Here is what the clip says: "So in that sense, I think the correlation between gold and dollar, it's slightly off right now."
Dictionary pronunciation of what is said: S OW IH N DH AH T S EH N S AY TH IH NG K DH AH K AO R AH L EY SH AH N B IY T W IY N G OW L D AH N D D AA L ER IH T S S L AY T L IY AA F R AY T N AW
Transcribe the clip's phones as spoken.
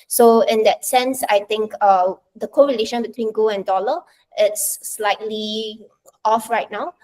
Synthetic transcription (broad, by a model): S OW IH N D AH T S EH N S AY T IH NG K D AH K AO R AH L EY SH AH N B IY T W IY N G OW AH N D D AA L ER IH T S S L AY T L IY AA F R AY T N AW